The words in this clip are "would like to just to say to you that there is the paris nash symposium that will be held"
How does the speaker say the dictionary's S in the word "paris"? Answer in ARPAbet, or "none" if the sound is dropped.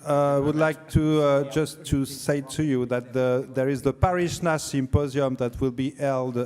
SH